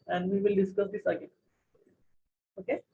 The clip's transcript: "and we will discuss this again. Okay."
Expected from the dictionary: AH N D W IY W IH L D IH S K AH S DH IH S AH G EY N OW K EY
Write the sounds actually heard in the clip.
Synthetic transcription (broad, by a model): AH N D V IY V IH L D IH S K AH S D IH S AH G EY OW K EY